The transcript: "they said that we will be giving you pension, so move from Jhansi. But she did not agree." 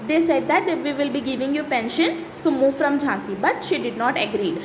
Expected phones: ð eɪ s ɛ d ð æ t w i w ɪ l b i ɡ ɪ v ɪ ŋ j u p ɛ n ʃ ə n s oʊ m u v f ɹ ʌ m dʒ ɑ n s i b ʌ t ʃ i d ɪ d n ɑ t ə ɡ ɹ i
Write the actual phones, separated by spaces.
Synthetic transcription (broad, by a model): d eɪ s ɛ d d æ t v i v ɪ l b i ɡ ɪ v ɪ ŋ j u p ɛ n ʃ ə n s oʊ m u v f ɹ ʌ m dʒ ɑ n s i b ʌ t ʃ i d ɪ d n ɑ t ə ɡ ɹ i